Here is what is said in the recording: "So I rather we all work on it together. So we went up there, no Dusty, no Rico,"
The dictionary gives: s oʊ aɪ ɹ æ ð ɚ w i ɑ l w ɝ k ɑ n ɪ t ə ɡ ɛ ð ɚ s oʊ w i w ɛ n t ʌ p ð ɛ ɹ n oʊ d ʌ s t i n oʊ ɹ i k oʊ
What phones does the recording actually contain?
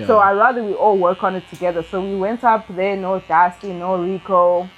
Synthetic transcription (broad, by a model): s oʊ aɪ ɹ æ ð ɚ w i ɑ l w ɝ k ɑ n ɪ t ə ɡ ɛ ð ɚ s oʊ w i w ɛ n t ʌ p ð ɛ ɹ n oʊ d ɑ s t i n oʊ ɹ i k oʊ